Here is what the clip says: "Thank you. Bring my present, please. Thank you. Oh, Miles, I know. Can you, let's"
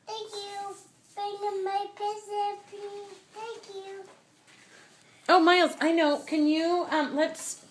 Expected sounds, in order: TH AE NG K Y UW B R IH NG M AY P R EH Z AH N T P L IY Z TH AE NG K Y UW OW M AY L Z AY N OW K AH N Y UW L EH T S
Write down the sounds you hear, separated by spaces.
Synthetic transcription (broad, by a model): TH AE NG K Y UW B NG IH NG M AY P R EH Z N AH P IY TH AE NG K Y UW OW M AY L Z AY N OW K AH N Y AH L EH T S